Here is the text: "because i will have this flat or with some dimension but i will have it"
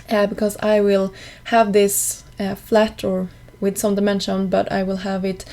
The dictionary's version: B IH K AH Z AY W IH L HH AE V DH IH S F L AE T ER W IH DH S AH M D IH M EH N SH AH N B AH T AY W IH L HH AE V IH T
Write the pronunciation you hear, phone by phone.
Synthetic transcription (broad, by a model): B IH K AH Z AY W IH L HH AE V DH IH S F L AE T ER W IH DH S AH M D IH M EH N SH AH N B AH T AY W IH L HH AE V IH T